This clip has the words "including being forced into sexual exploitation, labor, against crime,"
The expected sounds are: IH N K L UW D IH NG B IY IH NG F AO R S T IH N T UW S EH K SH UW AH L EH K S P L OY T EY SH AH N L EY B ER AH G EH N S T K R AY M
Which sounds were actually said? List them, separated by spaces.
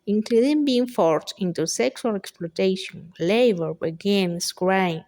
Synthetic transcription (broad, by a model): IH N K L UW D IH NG B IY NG F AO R T IH N T UW S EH K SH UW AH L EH K S P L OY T EY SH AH N L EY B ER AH G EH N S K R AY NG